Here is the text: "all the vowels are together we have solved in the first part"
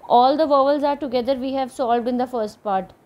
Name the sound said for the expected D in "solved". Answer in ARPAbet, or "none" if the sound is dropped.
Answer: D